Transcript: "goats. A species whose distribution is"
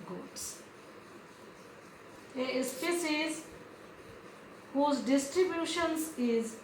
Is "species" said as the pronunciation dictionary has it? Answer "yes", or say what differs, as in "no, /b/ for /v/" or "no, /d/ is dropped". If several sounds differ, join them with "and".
no, /s/ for /ʃ/